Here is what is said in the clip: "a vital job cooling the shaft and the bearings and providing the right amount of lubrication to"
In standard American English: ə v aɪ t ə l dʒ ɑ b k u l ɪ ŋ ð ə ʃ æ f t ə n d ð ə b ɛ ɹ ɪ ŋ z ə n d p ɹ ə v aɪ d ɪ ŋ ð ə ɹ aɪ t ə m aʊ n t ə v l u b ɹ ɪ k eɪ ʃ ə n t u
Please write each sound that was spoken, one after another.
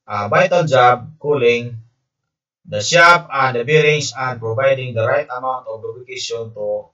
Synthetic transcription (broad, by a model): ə b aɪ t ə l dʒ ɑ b k u l ɪ ŋ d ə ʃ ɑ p ə n d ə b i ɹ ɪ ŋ s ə n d p ɹ ə v aɪ d ɪ ŋ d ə ɹ aɪ t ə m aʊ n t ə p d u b ɪ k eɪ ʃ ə n t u